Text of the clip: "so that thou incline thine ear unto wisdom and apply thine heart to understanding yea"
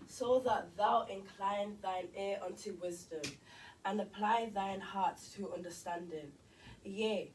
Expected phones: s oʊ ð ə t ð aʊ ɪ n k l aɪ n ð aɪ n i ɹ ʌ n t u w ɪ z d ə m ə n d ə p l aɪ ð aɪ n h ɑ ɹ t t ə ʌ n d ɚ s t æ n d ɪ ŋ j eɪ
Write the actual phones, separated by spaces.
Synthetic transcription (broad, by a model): s oʊ ð ə t ð aʊ ɪ n k l aɪ n ð aɪ n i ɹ ʌ n t u w ɪ z d ə m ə n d ə p l aɪ ð aɪ n h ɑ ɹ t t ə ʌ n d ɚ s t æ n d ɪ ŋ j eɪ